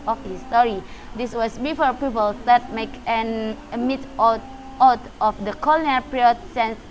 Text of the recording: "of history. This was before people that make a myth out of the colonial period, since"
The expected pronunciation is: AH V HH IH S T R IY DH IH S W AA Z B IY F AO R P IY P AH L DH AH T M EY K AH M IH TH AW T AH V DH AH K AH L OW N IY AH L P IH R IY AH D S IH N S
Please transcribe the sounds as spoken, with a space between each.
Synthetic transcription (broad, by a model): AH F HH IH S T R IY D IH S W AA S B IY F AO R P IY P AH L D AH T M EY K AH M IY T AW T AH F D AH K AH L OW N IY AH P R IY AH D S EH N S